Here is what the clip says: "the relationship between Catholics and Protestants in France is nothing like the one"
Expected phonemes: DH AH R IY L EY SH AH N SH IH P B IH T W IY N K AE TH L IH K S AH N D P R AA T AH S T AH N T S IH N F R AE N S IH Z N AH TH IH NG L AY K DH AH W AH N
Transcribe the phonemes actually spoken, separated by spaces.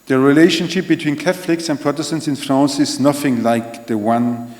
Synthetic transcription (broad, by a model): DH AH R IY L EY SH AH N SH IH P B IH T W IY N K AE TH L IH K S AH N P R AA T AH S T AH N T S IH N F R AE N S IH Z N AH TH IH NG L AY K DH AH W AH N